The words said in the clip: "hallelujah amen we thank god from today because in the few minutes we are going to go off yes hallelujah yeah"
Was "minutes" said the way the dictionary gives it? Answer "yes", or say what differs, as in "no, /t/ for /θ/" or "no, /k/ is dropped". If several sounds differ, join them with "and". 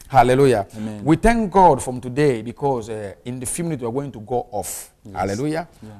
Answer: no, /s/ is dropped